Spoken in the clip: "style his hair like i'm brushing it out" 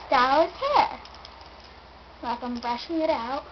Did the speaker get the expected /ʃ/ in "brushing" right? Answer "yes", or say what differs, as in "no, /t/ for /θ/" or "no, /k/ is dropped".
yes